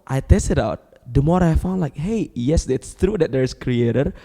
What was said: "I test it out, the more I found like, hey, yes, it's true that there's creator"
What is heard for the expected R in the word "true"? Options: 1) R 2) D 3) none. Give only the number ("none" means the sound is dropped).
1